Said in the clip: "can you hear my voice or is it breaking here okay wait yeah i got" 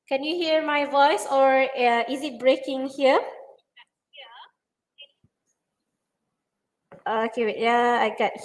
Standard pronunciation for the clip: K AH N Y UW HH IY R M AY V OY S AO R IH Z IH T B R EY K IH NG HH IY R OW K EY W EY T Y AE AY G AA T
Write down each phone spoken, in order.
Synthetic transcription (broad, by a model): K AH N Y UW HH IY R M AY V OY S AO R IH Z IH T B R EY K IH NG HH IY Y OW AO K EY Y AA AY G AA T